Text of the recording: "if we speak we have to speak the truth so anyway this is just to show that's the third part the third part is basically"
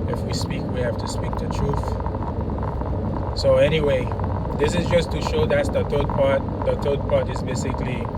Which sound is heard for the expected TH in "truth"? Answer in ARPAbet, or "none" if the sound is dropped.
TH